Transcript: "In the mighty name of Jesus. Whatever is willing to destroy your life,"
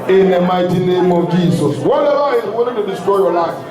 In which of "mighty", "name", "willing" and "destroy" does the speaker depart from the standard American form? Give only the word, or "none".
willing